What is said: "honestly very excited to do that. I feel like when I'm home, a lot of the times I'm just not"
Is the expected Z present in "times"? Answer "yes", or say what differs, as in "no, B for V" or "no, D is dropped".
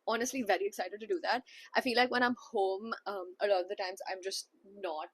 yes